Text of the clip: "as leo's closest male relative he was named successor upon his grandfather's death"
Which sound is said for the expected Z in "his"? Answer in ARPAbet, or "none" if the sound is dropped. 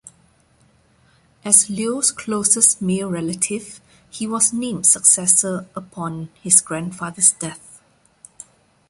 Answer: S